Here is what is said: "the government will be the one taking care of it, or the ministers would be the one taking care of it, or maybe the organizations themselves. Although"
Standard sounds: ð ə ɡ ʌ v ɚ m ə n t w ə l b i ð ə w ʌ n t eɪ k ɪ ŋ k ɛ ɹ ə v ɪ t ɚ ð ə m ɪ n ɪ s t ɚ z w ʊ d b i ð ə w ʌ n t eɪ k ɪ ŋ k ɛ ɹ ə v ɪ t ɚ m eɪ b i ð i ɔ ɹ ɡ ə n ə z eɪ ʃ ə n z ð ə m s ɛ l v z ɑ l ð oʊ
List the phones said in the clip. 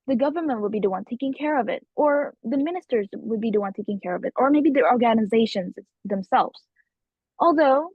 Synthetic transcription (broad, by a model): ð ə ɡ ʌ v ɚ m ə n t w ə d b i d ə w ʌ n t eɪ k ɪ ŋ k ɛ ɹ ə v ɪ t ɚ ð ə m ɪ n ɪ s t ɚ z w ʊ d b i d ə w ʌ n t eɪ k ɪ ŋ k ɛ ɹ ə v ɪ t ɚ m eɪ b i ð i ɔ ɹ ɡ ə n ə z eɪ ʃ ə n z ð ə m s ɛ l v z ɑ l ð oʊ